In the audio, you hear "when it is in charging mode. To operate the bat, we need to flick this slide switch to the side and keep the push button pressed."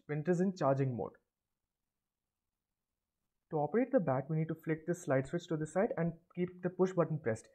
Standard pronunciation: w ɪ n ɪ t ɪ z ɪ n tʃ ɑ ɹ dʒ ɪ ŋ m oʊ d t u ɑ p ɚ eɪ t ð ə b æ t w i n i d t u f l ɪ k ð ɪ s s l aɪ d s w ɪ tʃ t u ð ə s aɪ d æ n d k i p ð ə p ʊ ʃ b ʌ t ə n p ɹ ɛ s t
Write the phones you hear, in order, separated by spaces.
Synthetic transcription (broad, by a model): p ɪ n ɪ t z ɪ n tʃ ɑ ɹ dʒ ɪ ŋ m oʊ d t u ɑ p ɚ eɪ t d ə b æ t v i n i d t u f l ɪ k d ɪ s s l aɪ d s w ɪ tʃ t u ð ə s aɪ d æ n d k i p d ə p ʊ ʃ b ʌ t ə n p ɹ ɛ s t